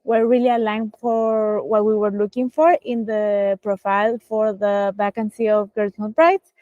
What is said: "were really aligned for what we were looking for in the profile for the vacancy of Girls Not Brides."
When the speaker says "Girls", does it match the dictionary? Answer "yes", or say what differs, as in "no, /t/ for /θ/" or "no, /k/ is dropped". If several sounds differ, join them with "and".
no, /l/ is dropped